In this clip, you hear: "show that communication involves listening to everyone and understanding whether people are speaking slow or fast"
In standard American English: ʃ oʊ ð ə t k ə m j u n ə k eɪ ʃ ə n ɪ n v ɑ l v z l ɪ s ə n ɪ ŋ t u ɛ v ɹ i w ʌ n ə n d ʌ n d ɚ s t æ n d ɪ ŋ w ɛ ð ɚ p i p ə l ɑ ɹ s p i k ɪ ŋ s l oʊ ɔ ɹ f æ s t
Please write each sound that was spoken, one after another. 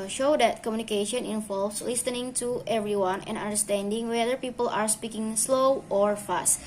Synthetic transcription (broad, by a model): ʃ oʊ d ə t k ə m j u n ə k eɪ ʃ ə n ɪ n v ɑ l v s l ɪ s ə n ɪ ŋ t u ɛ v ɹ i w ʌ n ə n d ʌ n d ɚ s t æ n d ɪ ŋ w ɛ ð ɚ p i p ə l ɑ ɹ s p i k ɪ ŋ s l oʊ ɔ ɹ f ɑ s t